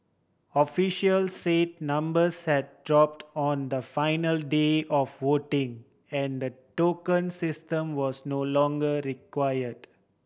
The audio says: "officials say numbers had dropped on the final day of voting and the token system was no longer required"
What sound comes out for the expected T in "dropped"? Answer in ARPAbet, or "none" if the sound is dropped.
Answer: T